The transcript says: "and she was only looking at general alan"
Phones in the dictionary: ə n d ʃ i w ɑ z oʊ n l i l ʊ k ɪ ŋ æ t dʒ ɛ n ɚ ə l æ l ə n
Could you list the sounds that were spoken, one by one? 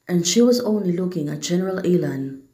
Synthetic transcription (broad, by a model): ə n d ʃ i w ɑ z oʊ n l i l ʊ k ɪ ŋ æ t dʒ ɛ n ɚ ə l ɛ l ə n